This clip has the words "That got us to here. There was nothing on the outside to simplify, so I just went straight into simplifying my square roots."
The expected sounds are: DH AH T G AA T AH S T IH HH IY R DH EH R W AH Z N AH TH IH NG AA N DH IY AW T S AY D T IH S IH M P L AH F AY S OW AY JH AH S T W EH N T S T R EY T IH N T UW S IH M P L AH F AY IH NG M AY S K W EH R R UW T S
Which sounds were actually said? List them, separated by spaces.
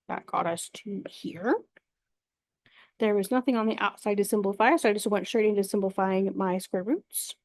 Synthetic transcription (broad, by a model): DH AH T G AA T AH S T IH HH IY R DH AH R W AH Z N AH TH IH NG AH N DH IY AW T S AY D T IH S IH M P L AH F AY S OW AY JH AH S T W EH N T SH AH R T IH N T UW S IH M P L AH F AY IH NG M AY S K W EH R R UW T S